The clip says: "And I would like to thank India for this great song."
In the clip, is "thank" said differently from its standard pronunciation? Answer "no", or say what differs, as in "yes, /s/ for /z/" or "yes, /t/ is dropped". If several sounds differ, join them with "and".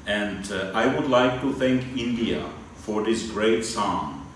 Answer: no